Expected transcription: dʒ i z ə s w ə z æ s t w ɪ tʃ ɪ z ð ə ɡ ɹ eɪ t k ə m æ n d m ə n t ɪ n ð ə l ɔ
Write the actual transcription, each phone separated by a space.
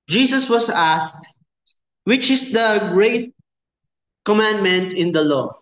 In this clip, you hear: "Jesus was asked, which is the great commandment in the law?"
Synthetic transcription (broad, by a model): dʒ i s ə s w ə s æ s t w ɪ tʃ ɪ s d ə ɡ ɹ eɪ t k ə m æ n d m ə n t ɪ n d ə l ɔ